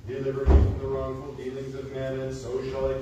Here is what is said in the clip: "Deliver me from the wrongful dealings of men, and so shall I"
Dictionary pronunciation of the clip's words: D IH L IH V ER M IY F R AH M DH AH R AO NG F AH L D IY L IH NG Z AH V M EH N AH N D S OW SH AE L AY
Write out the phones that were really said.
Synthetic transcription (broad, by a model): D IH L IH V ER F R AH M DH AH R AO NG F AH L D IY L IH NG Z AH V M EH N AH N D S OW SH L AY